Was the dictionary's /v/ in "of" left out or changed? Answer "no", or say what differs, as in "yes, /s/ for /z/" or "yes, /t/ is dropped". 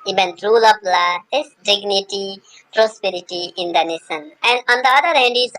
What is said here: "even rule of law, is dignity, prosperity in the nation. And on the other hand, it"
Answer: yes, /p/ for /v/